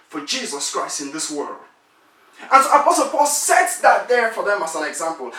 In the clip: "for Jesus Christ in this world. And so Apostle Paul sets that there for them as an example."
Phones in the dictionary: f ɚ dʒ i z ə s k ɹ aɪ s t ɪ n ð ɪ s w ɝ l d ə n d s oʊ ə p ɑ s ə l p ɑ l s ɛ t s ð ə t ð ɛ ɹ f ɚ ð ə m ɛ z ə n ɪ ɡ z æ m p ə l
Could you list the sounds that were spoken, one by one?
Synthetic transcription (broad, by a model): f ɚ dʒ i z ə s k ɹ aɪ s t ɪ n ð ɪ s w ɝ l d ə n s oʊ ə p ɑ s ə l p ɑ l s ɛ t s ð ə t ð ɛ ɹ f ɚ ð ə m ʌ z ə n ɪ ɡ z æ m p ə l